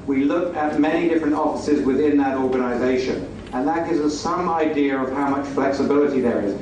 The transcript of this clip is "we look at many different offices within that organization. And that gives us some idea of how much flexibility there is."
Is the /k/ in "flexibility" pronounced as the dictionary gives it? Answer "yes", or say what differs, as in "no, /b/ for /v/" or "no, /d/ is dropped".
yes